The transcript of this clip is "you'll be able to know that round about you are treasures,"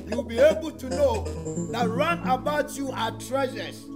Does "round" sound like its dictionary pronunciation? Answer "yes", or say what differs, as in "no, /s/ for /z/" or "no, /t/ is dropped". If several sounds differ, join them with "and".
no, /d/ is dropped